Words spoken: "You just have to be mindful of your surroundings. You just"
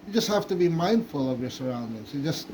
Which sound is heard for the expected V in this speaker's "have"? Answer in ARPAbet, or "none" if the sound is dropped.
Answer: F